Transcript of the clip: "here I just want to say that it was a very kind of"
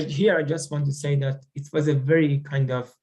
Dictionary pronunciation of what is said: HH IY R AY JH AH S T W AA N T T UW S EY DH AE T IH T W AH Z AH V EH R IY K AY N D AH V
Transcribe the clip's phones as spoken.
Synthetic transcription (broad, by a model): HH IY R AY JH AH S T W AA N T T UW S EY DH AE T IH T W AH Z AH V EH R IY K AY N D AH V